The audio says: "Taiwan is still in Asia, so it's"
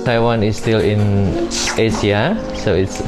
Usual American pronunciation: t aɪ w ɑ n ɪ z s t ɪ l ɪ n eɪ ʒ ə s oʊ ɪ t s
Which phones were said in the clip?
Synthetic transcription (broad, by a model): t aɪ w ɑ n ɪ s t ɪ l ɪ n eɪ s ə s oʊ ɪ t s